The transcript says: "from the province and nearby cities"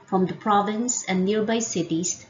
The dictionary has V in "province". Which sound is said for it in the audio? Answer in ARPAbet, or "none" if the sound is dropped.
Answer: V